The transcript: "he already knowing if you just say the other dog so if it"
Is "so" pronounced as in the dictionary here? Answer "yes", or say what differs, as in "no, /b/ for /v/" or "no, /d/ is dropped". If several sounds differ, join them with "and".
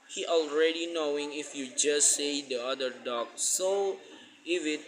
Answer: yes